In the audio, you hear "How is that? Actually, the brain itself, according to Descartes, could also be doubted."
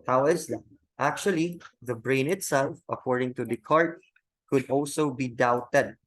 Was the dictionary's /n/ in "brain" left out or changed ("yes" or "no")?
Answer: no